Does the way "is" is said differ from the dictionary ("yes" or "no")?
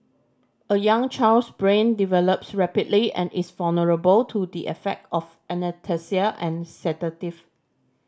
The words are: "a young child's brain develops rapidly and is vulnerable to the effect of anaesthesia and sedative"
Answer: yes